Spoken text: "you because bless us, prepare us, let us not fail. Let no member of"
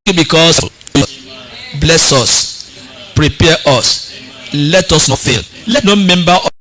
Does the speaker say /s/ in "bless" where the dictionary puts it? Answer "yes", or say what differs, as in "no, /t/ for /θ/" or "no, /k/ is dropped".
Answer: yes